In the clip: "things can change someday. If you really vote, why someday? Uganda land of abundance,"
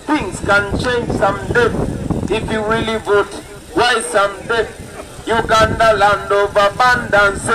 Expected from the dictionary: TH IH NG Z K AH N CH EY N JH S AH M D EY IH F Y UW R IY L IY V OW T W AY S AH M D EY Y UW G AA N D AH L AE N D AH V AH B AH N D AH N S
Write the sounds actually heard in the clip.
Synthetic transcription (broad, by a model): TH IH NG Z K AH N CH EY N JH S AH M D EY IH F Y UW W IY L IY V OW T W AY S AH M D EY Y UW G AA N D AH L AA N D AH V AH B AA N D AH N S